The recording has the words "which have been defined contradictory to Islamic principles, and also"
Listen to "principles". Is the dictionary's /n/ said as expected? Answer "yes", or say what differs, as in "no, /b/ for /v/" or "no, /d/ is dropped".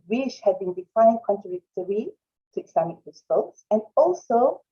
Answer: no, /n/ is dropped